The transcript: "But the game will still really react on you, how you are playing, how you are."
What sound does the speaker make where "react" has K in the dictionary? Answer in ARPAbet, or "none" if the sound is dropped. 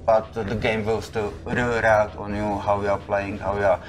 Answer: none